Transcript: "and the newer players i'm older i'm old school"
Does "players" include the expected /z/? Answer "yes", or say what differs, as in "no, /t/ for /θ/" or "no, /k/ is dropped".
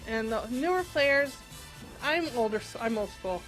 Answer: yes